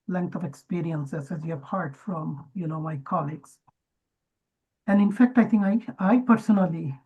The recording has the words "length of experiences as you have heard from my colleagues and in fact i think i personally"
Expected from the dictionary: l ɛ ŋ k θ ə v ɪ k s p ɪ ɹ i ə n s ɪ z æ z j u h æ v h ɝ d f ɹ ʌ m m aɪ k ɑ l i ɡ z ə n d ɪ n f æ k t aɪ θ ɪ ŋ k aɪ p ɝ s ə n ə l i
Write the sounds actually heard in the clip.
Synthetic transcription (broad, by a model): l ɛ ŋ k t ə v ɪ k s p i ɹ i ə n s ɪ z æ z j u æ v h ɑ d f ɹ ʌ m m aɪ k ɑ l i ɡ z ə n d ɪ n f æ k t aɪ t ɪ ŋ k aɪ p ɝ s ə n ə l i